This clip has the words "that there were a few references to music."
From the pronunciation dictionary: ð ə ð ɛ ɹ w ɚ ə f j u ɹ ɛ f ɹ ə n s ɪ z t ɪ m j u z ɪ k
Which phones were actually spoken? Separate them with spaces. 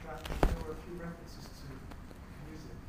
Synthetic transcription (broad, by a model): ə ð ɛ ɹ w ɚ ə f j u ɹ ɛ f ɹ ə n s ɪ z t ɪ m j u z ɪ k